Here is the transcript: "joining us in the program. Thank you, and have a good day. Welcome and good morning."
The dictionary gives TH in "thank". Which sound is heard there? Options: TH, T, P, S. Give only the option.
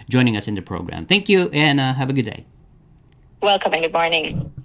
TH